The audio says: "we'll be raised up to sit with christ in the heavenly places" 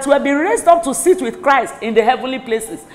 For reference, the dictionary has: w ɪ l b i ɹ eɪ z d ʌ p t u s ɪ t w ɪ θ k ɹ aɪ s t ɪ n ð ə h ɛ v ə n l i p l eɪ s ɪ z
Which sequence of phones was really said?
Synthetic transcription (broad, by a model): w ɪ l b i ɹ eɪ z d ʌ p t u s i t w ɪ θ k ɹ aɪ s t ɪ n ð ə h ɛ v ə n l i p l eɪ s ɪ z